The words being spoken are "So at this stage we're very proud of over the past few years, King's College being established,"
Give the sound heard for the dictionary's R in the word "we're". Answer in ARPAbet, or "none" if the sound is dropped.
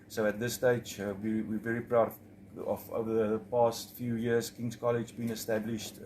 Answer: W